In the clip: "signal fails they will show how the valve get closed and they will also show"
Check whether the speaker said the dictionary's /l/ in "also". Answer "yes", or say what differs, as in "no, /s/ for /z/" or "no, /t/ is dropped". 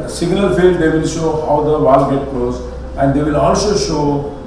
no, /n/ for /l/